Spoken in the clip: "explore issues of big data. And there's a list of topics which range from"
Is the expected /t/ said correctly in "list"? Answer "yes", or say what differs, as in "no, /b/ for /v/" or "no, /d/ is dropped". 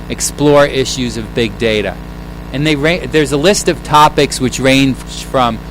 yes